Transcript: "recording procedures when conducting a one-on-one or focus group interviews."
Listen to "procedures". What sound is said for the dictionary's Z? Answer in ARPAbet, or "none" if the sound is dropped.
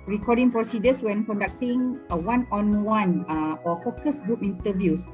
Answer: S